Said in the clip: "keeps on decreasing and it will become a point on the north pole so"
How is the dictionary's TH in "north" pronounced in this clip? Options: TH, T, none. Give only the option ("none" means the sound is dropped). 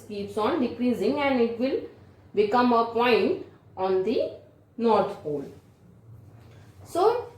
T